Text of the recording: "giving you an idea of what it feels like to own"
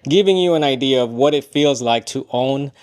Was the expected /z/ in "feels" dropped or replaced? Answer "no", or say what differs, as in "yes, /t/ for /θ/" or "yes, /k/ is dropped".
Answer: no